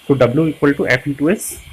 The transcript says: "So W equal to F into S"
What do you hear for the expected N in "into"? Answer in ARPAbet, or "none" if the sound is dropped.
none